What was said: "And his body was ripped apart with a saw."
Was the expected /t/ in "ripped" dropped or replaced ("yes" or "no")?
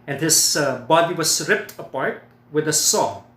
no